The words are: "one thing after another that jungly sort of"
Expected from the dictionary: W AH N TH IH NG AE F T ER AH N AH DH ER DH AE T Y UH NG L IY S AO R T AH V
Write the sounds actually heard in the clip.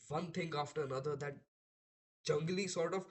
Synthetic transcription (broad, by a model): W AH N T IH NG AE F T ER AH N AH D ER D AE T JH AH NG L IY S AO R T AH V